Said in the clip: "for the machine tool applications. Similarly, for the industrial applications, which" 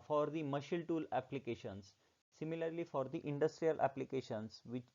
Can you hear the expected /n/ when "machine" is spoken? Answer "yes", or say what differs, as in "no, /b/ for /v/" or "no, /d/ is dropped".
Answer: no, /l/ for /n/